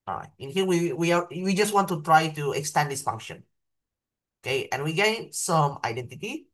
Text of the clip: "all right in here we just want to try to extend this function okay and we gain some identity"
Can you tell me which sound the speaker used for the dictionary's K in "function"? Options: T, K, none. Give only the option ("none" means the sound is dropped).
K